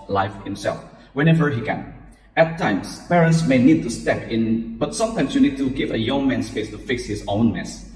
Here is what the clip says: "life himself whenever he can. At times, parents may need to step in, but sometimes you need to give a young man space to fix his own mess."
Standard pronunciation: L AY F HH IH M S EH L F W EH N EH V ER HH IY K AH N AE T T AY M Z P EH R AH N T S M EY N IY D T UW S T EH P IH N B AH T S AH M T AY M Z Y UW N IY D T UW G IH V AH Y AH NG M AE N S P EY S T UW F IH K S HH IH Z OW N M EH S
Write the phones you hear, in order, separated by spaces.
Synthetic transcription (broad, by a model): L AY F HH IH M S EH L F W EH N EH V ER HH IY K AH N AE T T AY M S P EH R AH N T S M EY N IY D T UW S T EH P IH N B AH T S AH M T AY M S Y UW N IY D T UW G IH V AH Y AH NG M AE N S P EY S T UW F IH K S HH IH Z OW N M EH S